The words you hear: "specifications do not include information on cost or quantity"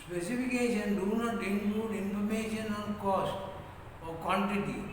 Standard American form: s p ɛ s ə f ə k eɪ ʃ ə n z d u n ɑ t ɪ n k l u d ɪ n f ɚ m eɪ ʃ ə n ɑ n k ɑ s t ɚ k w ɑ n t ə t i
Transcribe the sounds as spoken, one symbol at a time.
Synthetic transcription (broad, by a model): s p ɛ s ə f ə k eɪ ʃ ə n d u n ɑ t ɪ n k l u d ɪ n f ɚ m eɪ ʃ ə n ɑ n k ɑ s t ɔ k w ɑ n t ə t i